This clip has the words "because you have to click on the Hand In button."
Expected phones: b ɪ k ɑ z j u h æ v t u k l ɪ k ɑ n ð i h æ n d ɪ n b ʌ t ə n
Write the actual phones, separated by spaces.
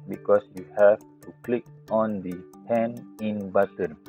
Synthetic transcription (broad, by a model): b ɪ k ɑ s j u h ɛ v t u k l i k ɑ n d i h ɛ n ɪ n b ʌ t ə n